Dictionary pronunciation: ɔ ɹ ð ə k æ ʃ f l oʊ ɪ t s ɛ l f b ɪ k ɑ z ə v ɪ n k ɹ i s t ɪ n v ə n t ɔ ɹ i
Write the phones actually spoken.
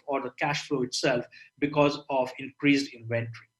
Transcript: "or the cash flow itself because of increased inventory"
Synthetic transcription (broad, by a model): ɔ ɹ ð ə k æ ʃ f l oʊ ɪ t s ɛ l f b ɪ k ɑ z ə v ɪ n k ɹ i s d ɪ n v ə n t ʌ ɹ i